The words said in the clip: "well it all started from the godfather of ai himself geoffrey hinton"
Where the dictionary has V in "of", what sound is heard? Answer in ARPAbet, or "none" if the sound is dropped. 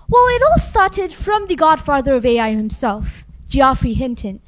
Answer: V